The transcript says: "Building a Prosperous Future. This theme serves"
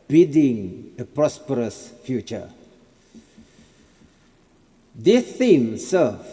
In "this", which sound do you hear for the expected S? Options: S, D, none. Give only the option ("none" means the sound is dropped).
none